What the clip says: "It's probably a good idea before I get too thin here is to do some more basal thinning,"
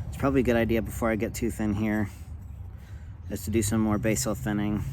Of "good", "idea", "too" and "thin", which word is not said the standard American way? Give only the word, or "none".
none